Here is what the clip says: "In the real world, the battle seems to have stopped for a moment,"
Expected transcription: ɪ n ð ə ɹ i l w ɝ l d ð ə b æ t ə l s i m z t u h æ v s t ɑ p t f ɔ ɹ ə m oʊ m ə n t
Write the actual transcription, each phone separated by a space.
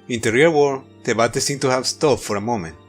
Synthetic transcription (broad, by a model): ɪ n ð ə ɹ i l w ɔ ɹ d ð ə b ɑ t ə s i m t u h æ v s t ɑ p f ɔ ɹ ə m oʊ m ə n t